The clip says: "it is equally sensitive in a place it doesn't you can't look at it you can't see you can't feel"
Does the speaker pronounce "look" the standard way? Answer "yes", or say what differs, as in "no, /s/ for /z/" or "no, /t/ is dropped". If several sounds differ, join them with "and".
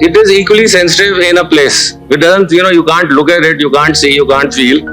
yes